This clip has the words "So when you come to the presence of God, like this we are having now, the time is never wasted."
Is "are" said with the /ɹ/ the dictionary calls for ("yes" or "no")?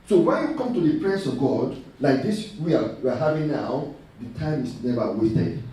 no